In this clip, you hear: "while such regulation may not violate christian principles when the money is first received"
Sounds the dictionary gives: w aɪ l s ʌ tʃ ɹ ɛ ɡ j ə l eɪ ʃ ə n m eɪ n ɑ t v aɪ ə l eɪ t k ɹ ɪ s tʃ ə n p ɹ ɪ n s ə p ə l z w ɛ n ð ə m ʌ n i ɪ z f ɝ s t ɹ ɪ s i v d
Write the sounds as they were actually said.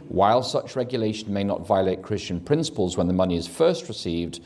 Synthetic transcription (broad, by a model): w aɪ l s ʌ tʃ ɹ ɛ ɡ j ə l eɪ ʃ ə n m eɪ n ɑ t v aɪ ə l eɪ t k ɹ ɪ s tʃ ə n p ɹ ɪ n s ə p ə l z w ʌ n ð ə m ʌ n i ɪ z f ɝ s t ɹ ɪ s i v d